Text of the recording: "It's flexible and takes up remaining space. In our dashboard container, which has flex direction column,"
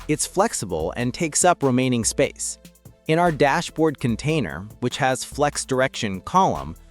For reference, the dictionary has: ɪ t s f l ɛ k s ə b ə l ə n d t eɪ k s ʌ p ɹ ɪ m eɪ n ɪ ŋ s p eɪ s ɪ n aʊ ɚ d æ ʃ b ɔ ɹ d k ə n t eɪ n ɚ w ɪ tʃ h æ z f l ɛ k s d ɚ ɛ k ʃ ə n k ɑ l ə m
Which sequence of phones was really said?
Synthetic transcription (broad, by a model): ɪ t s f l ɛ k s ə b ə l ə n t eɪ k s ʌ p ɹ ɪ m eɪ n ɪ ŋ s p eɪ s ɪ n aʊ ɚ d æ ʃ b ɔ ɹ d k ə n t eɪ n ɚ w ɪ tʃ h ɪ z f l ɛ k s d ɚ ɛ k ʃ ə n k ɑ l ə m